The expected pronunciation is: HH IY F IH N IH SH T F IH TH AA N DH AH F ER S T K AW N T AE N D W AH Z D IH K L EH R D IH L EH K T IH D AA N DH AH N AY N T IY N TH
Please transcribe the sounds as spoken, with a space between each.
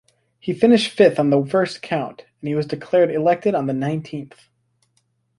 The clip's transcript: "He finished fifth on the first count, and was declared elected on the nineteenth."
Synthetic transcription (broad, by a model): HH IY F IH N IH SH T F IH TH N DH AH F ER S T K AW N T N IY W AH Z D IH K L EH R D IH L EH K T IH D N DH AH N AY N T IY N TH